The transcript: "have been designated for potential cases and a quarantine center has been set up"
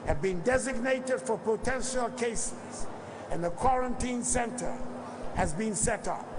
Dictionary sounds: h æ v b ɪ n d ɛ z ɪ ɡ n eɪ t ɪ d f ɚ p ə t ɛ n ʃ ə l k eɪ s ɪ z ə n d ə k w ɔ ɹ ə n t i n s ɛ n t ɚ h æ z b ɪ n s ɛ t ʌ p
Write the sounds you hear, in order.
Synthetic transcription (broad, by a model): h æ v b ɪ n d ɛ z ɪ ɡ n eɪ t ɪ d f ɚ p ə t ɛ n ʃ ə l k eɪ s ɪ z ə n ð ə k w ɔ ɹ ə n t i n s ɛ n t ɚ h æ z b ɪ n s ɛ t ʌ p